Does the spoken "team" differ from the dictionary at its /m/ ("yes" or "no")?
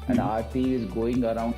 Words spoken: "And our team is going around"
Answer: yes